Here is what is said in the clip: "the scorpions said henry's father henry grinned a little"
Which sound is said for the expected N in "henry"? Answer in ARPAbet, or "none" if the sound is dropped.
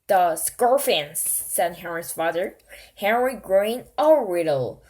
N